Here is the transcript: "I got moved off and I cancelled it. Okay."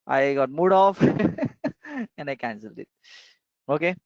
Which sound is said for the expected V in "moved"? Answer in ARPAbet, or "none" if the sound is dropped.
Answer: none